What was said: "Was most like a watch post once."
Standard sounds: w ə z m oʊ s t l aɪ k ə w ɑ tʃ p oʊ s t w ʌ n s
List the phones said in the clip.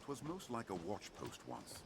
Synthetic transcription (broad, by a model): w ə z m oʊ s t l aɪ k ə w ɑ tʃ p oʊ s t w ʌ n s